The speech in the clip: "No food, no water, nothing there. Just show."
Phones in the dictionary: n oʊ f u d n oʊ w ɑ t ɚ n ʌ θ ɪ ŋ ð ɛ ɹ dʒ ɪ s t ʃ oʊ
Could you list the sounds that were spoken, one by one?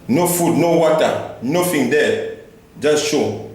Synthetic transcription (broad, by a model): n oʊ f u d n oʊ w ɑ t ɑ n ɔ f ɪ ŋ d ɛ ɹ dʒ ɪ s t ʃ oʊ